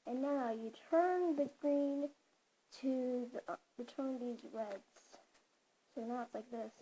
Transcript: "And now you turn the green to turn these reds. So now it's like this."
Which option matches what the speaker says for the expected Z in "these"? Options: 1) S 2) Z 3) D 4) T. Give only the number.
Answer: 2